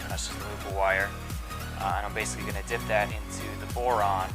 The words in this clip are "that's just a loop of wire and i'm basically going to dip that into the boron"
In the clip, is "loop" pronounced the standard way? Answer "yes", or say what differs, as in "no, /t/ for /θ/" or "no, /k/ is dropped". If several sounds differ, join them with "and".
no, /p/ is dropped